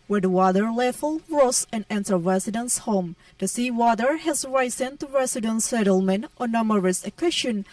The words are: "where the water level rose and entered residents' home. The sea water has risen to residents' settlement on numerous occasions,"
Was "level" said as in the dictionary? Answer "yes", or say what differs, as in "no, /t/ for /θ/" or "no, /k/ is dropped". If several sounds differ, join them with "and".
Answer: no, /f/ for /v/